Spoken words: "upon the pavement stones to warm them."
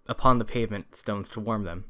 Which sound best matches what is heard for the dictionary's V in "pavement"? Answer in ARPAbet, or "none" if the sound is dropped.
V